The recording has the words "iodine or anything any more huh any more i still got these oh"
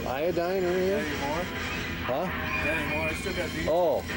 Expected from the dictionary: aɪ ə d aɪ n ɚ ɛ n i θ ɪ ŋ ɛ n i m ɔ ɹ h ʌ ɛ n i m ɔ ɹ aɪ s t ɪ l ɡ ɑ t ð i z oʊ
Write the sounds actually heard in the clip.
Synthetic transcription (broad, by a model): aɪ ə d aɪ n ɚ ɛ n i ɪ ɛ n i m ɔ ɹ h ʌ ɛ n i m ɔ ɹ aɪ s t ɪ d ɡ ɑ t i oʊ